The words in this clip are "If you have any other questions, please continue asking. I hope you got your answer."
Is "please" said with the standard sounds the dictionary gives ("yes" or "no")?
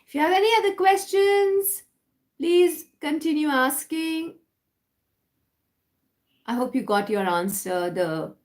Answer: yes